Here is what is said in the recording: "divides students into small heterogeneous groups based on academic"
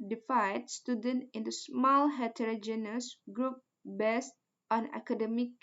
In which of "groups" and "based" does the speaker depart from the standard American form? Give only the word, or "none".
groups